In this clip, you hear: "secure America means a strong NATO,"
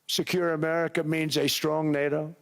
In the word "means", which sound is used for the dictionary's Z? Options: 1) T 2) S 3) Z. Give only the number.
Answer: 3